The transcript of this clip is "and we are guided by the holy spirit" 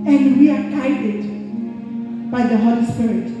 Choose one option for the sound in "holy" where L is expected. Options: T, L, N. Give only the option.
L